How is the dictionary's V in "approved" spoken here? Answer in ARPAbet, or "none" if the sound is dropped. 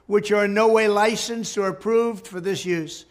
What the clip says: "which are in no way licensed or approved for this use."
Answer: V